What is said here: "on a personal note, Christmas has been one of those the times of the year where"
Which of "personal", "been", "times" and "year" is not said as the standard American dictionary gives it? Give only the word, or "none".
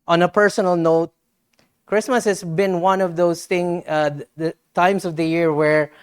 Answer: times